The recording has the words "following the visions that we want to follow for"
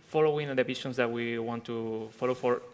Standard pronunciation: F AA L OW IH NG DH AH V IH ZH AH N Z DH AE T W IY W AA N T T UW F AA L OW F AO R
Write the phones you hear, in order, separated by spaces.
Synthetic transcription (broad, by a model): F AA L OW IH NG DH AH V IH S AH N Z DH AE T W IY W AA N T T UW F AA L OW F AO R